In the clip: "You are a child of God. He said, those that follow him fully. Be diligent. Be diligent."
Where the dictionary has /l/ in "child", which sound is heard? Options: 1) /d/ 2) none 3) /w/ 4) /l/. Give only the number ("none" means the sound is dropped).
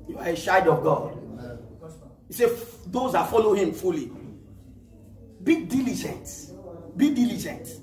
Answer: 2